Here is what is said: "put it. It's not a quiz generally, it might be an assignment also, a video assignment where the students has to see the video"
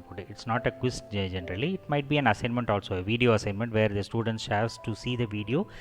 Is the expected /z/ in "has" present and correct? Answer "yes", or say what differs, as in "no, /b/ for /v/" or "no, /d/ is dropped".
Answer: no, /s/ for /z/